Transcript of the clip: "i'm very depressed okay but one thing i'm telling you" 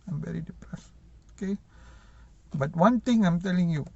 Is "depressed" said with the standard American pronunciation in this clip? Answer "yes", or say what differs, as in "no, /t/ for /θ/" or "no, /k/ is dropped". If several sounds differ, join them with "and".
no, /t/ is dropped